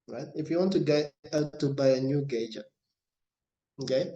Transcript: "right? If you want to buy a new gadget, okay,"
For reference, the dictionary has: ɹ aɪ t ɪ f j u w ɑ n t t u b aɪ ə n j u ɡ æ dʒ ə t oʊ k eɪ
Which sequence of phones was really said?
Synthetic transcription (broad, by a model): ɹ aɪ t ɪ f j u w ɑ n t t u b aɪ ə n j u ɡ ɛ dʒ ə oʊ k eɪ